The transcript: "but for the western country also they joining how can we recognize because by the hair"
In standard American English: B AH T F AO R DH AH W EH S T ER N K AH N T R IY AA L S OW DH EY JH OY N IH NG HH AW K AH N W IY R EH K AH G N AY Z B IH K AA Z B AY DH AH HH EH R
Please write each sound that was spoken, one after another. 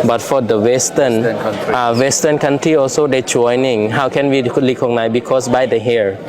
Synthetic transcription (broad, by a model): B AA T F AO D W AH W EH S T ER N K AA N T R IY AA L S OW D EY JH OY N IH NG HH AW K AH N W IY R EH K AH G N AY S B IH K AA S B AY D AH HH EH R